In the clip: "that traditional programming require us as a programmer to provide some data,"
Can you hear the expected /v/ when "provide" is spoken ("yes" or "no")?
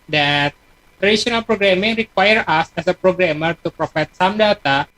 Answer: no